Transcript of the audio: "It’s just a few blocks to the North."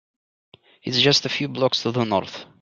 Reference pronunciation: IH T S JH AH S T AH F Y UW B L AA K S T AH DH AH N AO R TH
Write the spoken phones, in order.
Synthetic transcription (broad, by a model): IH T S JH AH S T AH F Y UW B L AA K S T AH DH AH N AO R TH